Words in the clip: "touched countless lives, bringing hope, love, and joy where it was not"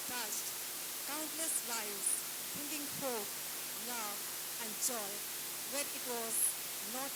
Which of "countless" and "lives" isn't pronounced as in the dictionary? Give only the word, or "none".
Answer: lives